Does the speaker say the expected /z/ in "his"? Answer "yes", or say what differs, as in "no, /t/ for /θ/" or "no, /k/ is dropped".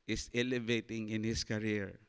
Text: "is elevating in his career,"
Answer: no, /s/ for /z/